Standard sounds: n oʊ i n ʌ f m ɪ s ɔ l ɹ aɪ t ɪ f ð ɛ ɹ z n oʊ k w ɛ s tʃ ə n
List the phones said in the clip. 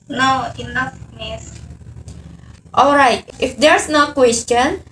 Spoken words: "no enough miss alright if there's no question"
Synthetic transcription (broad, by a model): n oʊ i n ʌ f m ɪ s ɔ l ɹ aɪ t ɪ f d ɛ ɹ s n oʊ k w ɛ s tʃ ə n